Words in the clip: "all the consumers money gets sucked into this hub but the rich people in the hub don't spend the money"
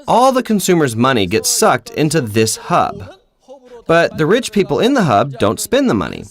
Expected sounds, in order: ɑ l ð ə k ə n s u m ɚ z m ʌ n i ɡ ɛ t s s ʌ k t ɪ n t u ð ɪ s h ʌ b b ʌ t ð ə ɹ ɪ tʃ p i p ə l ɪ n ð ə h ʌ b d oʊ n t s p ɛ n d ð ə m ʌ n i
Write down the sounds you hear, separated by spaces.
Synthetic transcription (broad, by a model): ɑ l ð ə k ə n s u m ɚ z m ʌ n i ɡ ɛ t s s ʌ k t ɪ n t u ð ɪ s h ʌ b b ʌ t ð ə ɹ ɪ tʃ p i p l ɪ n ð ə h ʌ b d oʊ n t s p ɛ n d ð ə m ʌ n i